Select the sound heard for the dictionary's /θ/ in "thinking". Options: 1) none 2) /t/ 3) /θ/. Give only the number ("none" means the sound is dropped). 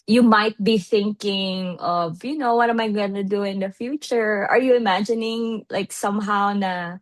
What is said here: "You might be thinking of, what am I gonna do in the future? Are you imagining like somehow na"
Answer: 3